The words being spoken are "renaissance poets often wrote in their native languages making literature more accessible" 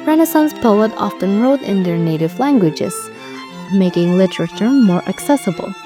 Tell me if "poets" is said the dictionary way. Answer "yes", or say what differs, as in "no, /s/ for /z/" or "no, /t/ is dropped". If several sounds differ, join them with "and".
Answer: no, /s/ is dropped